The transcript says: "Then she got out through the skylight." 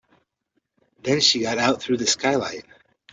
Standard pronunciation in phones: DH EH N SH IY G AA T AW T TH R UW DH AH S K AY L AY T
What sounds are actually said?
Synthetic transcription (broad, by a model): DH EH N SH IY G AA T AW T TH R UW DH AH S K AY L AY T